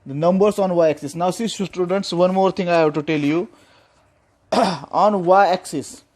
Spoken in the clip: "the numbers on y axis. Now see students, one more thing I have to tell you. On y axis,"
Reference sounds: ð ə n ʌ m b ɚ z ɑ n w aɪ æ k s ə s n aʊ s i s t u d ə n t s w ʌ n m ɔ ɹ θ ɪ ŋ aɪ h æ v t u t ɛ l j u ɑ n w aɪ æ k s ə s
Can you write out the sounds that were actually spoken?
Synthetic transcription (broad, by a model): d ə n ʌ m b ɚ s ɑ n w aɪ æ k s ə s n aʊ s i s t u d ə n t s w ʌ n m ɔ ɹ t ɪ ŋ aɪ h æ b t u t ɛ l j u ɑ n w aɪ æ k s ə s